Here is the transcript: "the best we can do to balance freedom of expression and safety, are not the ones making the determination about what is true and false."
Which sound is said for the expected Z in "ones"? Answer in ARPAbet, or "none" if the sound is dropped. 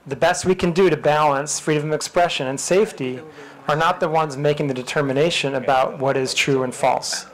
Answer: Z